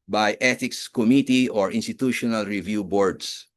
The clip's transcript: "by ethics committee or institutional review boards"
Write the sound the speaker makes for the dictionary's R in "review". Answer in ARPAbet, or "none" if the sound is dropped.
R